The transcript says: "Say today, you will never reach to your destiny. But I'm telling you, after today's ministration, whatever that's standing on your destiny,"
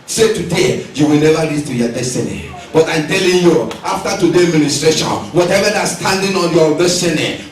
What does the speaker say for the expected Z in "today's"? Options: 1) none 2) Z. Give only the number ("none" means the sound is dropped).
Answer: 1